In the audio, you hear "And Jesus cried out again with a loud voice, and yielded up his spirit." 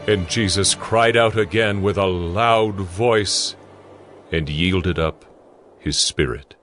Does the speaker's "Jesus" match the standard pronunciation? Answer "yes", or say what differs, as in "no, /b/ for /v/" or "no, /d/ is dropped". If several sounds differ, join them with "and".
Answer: yes